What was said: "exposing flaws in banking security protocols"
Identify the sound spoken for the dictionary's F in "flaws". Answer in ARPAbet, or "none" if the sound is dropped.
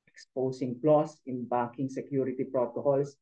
P